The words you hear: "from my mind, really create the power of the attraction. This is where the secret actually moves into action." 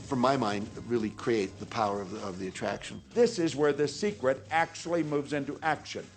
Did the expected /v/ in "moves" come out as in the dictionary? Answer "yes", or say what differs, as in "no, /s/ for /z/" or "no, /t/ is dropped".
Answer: yes